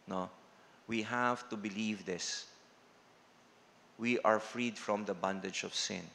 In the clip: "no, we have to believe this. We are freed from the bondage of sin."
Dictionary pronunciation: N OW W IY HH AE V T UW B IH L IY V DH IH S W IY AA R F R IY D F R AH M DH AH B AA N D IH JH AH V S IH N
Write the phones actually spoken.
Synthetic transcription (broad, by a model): N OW W IY HH AE V T UW B IH L IY V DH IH S W IY AA R F R IY D F R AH M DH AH B AA N D IH JH AH V S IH N